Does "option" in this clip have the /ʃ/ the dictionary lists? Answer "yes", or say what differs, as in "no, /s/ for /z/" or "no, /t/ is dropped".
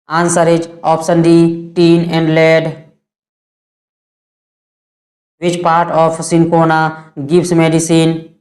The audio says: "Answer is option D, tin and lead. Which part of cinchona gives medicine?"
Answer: no, /s/ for /ʃ/